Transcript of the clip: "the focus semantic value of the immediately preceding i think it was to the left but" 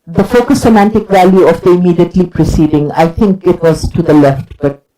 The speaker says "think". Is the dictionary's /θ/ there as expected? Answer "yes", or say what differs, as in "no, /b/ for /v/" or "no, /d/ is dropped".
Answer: no, /t/ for /θ/